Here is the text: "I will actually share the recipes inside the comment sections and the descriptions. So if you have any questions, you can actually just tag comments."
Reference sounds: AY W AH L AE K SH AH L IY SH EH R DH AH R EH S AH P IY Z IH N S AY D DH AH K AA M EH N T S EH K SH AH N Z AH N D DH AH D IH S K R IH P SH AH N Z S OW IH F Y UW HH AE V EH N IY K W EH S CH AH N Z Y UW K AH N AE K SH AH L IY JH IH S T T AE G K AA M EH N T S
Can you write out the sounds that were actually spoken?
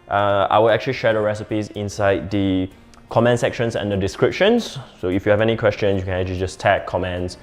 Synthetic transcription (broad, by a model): AY W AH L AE K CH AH L IY SH EH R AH R EH S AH P IY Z IH N S AY D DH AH K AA M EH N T S EH K SH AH N S AH N D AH D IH S K R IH P SH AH N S S OW IH F Y UW HH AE V EH N IY K W EH S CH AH N Y UW K AH N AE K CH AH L IY JH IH S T T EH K K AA M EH N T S